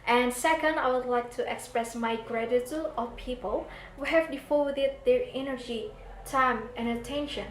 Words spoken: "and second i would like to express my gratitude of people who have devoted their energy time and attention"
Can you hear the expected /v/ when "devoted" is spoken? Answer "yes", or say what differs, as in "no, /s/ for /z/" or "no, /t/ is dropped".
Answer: no, /f/ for /v/